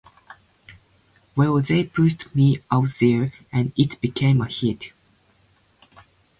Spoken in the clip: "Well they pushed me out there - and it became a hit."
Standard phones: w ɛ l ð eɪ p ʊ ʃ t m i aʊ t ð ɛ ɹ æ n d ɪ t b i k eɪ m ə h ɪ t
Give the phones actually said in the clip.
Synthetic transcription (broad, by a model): w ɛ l ð eɪ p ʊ s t m i aʊ t ð ɛ ɹ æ n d ɪ t b i k eɪ m ə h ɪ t